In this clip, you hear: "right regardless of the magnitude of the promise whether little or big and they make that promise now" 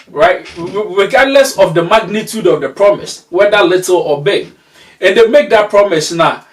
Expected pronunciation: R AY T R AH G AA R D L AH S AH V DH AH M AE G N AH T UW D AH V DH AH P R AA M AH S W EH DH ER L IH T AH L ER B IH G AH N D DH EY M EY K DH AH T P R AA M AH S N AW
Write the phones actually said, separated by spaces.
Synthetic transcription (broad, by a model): R AY T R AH G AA D L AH S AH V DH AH M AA G N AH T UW D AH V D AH P R AA M AH S W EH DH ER L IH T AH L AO B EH AH N D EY M EY K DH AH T P R AA M AH S N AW